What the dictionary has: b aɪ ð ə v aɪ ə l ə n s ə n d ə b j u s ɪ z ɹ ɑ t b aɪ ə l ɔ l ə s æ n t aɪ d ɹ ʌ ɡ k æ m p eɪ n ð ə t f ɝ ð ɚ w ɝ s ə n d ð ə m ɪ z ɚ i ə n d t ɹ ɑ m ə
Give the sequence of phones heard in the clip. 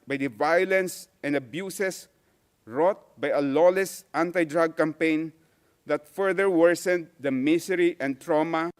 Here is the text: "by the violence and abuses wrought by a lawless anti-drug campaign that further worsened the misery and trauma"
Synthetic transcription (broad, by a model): b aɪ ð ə v aɪ ə l ə n s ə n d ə b j u s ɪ s ɹ ɑ t b aɪ ə l ɔ l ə s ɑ n t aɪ d ɹ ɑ ɡ k æ m p eɪ n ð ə t f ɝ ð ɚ w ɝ s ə n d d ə m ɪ s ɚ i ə n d t ɹ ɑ m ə